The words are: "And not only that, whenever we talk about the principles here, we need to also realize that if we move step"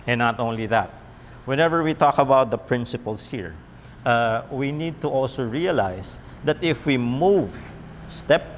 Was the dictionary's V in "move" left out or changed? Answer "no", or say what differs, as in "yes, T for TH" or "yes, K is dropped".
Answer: no